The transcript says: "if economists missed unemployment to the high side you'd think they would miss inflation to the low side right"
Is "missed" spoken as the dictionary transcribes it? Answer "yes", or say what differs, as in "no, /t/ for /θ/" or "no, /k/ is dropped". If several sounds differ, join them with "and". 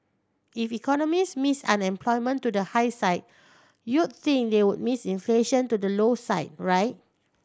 no, /t/ is dropped